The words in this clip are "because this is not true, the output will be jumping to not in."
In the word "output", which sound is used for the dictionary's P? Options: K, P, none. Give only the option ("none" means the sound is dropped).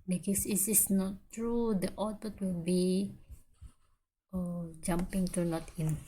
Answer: none